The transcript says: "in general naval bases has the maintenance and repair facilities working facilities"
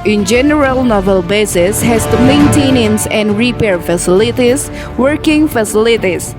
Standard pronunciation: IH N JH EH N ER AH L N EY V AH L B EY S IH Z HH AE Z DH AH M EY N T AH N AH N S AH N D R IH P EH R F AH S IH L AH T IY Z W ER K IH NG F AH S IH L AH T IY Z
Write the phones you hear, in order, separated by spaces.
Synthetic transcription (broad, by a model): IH N JH EH N ER AH L N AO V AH L B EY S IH S HH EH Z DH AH M EY N T AH N AH N S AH N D R IH P EH R F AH S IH L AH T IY S W ER K IH NG F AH S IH L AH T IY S